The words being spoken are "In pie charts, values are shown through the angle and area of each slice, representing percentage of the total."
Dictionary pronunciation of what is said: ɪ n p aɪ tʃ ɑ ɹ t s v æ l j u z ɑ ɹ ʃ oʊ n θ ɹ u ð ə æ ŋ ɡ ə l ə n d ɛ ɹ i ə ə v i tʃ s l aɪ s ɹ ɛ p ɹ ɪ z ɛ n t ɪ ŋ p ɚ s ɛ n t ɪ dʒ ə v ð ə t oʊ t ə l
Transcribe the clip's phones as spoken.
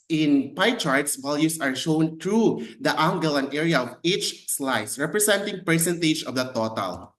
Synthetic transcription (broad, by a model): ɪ n p aɪ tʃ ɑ ɹ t s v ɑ l j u s ɑ ɹ ʃ oʊ n t ɹ u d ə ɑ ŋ ɡ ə l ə n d ɛ ɹ i ə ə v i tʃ s l aɪ s ɹ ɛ p ɹ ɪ s ɛ n t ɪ ŋ p ɚ s ɛ n t ɪ dʒ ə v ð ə t oʊ t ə l